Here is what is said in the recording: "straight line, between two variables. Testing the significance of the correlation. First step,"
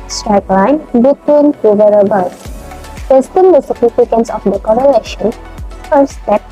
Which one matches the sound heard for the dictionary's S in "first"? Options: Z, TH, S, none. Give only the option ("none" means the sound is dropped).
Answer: none